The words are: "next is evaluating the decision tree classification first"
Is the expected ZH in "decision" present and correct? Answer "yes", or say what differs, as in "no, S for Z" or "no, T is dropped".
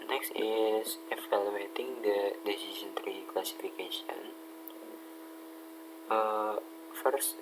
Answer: no, S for ZH